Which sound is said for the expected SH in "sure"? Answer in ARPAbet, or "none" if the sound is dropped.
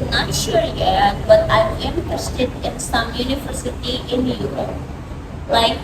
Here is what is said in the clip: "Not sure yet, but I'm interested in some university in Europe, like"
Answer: SH